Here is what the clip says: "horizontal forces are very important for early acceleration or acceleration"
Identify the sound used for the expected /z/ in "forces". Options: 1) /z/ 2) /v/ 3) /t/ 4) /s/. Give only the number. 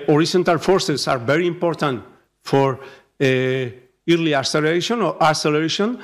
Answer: 4